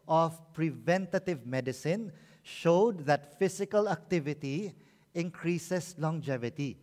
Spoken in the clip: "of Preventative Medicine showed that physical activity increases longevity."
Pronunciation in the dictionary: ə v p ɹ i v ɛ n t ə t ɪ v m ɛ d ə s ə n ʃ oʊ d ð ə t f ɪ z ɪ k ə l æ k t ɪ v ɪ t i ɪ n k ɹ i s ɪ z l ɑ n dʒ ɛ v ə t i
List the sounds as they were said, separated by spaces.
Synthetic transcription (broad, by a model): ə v p ɹ i v ɛ n t ə t ɪ v m ɛ d ə s ə n ʃ oʊ d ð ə t f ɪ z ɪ k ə l æ k t ɪ v ɪ t i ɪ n k ɹ i s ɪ s l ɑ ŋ dʒ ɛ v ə t i